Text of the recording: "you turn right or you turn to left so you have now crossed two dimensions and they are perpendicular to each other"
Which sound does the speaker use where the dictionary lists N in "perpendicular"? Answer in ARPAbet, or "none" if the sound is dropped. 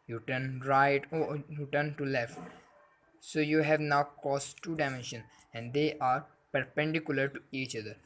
N